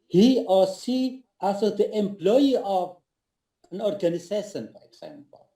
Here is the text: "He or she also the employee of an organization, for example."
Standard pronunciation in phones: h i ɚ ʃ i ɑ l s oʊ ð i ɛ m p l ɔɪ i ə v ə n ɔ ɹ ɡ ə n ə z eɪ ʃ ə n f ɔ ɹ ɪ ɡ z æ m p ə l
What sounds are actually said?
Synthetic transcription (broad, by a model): h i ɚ s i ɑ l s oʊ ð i ɛ m p l ɔɪ i ə v ə n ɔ ɹ ɡ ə n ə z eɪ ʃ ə n f ɔ ɹ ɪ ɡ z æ m p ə l